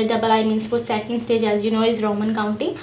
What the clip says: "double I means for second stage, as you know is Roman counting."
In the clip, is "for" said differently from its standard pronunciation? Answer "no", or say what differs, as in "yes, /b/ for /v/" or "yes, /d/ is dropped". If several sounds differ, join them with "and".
yes, /l/ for /ɹ/